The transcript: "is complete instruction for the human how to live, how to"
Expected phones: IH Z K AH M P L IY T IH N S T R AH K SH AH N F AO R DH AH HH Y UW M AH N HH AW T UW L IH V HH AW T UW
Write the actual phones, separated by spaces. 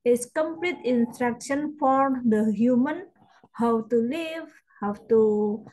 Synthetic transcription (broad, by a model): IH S K AH M P L IY T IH N S T R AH K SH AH N F AO R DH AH HH Y UW M AH N HH AW T UW L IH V HH AW T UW